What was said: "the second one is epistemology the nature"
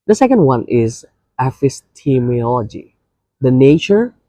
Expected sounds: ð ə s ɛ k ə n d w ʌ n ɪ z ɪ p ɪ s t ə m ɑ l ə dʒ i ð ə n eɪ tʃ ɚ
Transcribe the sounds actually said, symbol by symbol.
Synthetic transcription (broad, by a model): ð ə s ɛ k ə n d w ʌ n ɪ z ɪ f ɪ s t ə m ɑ l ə dʒ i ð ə n eɪ tʃ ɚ